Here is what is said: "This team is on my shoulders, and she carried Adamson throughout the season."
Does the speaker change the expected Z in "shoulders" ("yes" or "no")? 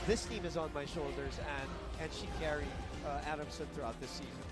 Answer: no